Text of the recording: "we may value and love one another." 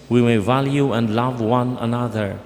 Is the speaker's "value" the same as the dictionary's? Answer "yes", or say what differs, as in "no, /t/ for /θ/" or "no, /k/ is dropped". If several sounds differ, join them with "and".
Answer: yes